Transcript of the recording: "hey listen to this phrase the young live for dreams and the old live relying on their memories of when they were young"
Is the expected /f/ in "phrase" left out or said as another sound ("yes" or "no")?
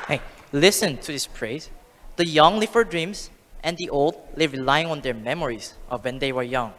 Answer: yes